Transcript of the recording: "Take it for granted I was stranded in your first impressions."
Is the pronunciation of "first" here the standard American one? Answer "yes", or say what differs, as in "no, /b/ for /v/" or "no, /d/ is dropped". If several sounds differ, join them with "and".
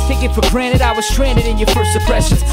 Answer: no, /t/ is dropped